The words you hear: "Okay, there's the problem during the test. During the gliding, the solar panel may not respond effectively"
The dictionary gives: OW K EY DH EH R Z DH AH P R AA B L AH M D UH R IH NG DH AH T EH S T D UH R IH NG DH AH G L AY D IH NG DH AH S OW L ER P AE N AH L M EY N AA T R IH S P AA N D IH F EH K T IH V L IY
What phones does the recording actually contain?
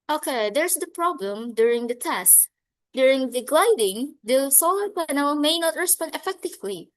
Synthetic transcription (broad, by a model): OW K EY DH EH R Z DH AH P R AA B L AH M D UH R IH NG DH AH T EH S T D UH R IH NG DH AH G L AY D IH NG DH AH S OW L ER P AE N AH L M EY N AA T R IH S P AA N D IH F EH K T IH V L IY